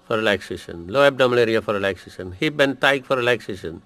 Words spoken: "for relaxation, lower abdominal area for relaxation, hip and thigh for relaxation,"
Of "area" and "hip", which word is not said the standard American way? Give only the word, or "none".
hip